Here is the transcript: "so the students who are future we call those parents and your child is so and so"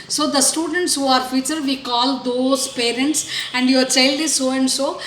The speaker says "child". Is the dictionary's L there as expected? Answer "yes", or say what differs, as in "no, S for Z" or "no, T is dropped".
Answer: yes